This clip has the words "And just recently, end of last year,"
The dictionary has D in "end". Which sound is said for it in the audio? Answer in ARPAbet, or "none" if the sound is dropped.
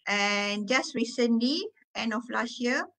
D